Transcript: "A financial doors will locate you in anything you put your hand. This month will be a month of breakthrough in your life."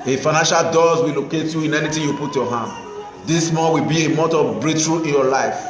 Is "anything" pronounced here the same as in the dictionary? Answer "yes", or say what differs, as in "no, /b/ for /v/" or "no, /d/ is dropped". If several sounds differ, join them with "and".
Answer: no, /t/ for /θ/